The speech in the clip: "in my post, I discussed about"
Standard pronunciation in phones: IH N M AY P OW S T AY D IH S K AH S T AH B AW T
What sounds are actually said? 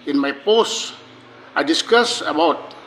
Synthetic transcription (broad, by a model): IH N M AY P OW S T AY D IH S K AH S AH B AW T